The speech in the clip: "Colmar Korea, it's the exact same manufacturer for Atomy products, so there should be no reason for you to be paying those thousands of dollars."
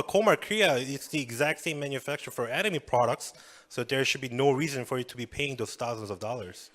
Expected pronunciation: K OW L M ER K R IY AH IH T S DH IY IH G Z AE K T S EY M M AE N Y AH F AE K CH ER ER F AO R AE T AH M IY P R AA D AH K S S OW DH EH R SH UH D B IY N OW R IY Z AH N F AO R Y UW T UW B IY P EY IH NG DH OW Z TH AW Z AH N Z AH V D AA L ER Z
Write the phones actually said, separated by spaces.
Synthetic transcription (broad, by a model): K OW M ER K R IY AH IH T S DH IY IH G Z AE K T S EY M M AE N Y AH F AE K CH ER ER F AO R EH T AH M IY P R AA D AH K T S OW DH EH R SH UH D B IY N OW R IY Z AH N F AO R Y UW T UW B IY P EY IH NG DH OW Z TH AW Z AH N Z AH V D AA L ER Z